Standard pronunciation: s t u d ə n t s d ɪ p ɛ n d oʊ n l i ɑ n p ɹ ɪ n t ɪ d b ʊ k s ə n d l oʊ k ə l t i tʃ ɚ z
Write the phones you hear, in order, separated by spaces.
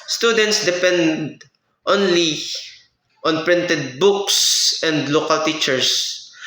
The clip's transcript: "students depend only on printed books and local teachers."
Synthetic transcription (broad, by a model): s t u d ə n t s d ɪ p ɛ n d oʊ n l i ɑ n p ɹ ɪ n t ɪ d b ʊ k s ə n d l oʊ k ə l t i tʃ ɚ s